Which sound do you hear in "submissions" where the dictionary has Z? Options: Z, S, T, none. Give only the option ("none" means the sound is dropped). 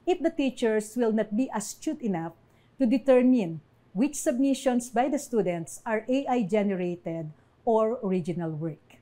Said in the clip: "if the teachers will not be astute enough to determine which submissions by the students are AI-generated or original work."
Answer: S